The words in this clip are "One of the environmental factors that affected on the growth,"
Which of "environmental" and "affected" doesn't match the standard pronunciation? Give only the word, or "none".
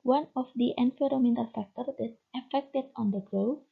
environmental